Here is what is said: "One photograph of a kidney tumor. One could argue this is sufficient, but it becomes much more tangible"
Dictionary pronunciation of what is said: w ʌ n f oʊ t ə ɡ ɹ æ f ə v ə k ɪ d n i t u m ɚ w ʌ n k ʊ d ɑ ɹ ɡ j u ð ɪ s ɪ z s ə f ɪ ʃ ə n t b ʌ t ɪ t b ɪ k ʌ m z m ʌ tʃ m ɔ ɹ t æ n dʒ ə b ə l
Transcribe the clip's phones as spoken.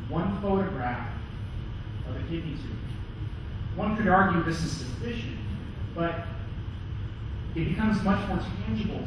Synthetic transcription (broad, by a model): w ʌ n f oʊ t ə ɡ ɹ æ f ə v ə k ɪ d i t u w ʌ n k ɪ d ɑ ɹ ɡ j u ð ɪ s ɪ z s ə f ɪ ʃ ə n t b ʌ t ɪ t b ɪ k ʌ m z m ʌ tʃ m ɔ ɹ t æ n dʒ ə b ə l